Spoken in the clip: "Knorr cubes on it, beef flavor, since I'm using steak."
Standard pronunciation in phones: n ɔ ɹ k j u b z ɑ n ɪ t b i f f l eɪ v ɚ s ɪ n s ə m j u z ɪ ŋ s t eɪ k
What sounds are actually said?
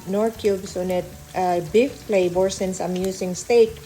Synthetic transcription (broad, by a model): n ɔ ɹ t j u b s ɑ n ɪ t b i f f l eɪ b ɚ s ɪ n s ə m j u s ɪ ŋ s t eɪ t